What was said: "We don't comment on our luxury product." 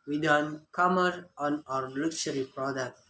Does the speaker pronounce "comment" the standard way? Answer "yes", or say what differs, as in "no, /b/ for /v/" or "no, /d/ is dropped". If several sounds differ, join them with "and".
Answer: no, /n/ is dropped